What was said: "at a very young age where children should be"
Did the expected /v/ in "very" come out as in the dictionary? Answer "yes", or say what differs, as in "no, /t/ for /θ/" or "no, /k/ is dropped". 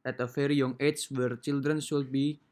no, /f/ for /v/